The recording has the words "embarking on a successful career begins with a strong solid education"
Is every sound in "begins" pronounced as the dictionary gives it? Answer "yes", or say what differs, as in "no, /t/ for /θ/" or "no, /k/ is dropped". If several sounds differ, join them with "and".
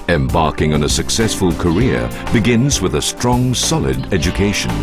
yes